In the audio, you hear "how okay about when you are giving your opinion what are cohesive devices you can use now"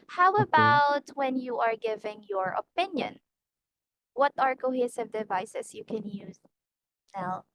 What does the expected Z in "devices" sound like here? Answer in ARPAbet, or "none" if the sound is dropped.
S